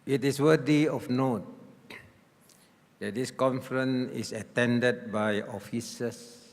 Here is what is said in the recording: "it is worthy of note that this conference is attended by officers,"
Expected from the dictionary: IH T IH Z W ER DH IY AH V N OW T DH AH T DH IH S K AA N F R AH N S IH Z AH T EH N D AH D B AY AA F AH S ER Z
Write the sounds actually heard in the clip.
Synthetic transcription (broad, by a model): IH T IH S W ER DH IY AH F N OW T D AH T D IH S K AA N F R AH N IH S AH T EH N D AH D B AY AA F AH S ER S